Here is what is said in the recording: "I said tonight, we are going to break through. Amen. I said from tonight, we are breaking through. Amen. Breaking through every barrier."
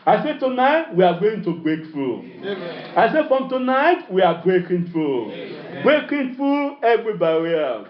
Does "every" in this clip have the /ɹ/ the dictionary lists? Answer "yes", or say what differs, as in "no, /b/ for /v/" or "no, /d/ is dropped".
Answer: yes